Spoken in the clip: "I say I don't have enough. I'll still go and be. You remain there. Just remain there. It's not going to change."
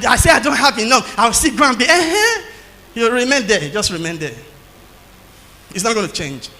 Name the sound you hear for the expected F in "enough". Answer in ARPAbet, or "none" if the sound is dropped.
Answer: none